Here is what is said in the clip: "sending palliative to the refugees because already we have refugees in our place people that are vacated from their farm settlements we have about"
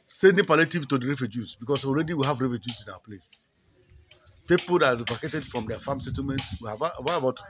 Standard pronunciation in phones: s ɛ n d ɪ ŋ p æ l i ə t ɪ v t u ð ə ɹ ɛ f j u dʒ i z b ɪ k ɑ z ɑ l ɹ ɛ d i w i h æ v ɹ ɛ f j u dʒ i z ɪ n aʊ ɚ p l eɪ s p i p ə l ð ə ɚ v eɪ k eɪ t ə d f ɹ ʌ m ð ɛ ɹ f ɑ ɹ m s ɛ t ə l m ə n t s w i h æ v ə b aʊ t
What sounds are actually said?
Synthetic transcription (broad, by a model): s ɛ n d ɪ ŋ p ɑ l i t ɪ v t u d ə ɹ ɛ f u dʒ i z b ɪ k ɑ s ɑ l ɹ ɛ d i w i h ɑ v ɹ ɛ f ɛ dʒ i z ɪ n aʊ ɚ p l eɪ s p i p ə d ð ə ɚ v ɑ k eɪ t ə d f ɹ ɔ m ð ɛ f ɑ m s ɛ t ə l m ə n t s w i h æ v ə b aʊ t